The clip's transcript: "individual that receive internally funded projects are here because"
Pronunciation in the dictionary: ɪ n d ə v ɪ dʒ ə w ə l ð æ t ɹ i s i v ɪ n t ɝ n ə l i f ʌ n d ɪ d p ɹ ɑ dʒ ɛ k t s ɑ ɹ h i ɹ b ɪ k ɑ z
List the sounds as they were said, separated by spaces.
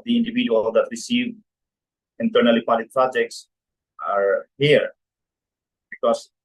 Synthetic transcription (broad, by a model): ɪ n d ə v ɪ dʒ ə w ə l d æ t ɹ i s i v ɪ n t ɝ n ə l i p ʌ d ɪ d p ɹ ɑ dʒ ɛ k t s ɑ ɹ h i ɹ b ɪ k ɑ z